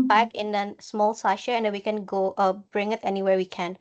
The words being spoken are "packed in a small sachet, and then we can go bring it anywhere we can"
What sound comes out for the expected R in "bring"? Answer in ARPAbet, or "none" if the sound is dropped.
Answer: R